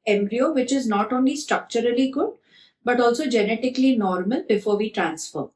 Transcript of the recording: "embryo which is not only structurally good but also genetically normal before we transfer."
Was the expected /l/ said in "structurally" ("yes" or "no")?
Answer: yes